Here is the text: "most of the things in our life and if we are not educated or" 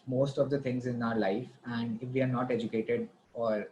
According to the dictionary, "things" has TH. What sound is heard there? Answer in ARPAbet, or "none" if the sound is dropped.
T